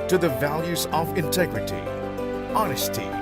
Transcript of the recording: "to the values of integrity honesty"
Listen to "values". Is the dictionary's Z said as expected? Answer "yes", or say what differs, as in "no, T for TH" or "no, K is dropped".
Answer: yes